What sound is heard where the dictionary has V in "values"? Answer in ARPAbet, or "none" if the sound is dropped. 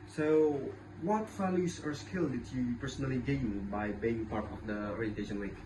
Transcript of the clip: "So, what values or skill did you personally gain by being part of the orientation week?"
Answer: F